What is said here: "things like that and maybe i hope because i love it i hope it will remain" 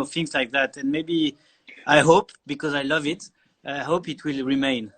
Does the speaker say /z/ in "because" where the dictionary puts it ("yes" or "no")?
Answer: yes